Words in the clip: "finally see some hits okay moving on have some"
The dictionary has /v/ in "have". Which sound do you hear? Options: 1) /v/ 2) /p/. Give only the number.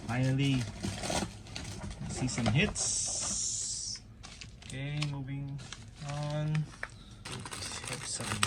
2